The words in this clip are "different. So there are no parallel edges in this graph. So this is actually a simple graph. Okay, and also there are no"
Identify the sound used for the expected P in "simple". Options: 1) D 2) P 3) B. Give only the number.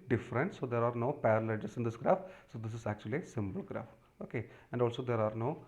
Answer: 3